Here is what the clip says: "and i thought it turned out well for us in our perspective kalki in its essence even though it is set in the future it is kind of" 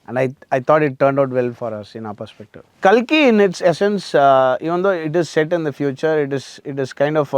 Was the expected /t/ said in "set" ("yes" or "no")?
yes